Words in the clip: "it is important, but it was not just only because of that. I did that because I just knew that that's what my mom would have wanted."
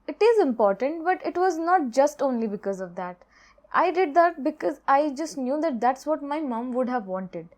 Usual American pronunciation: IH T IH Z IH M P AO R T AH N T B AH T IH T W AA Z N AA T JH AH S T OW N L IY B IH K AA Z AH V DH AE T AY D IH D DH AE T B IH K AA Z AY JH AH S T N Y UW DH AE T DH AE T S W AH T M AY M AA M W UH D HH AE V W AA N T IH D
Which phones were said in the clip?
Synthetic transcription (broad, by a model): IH T IH Z IH M P AO R T AH N T B AH T IH T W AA Z N AA T JH AH S T OW N L IY B IH K AA Z AH V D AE T AY D IH D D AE T B IH K AA Z AY JH AH S T N Y UW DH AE T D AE T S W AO T M AY M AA M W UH D HH AE V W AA N T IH D